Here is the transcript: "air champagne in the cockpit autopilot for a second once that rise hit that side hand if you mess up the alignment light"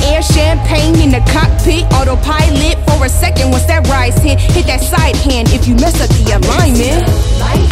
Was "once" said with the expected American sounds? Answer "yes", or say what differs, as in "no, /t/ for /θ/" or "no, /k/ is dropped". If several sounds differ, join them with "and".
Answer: no, /n/ is dropped